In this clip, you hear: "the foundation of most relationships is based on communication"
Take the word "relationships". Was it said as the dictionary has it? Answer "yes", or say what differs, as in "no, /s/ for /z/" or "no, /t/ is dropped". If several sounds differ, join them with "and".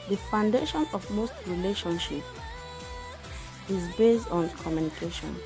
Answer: no, /s/ is dropped